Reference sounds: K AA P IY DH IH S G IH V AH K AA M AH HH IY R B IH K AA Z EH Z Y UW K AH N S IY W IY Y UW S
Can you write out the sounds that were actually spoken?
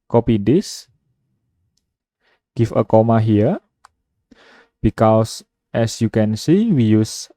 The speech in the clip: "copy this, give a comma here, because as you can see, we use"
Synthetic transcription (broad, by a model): K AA P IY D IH S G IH F AH K AA M AH HH IY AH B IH K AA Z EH S Y UW K AH N S IY W IY Y UW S